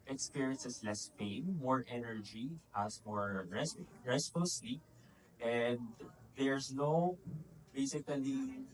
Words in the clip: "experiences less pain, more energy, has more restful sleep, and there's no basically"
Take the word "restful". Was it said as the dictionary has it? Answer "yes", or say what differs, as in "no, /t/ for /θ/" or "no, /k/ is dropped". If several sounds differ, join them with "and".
no, /s/ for /t/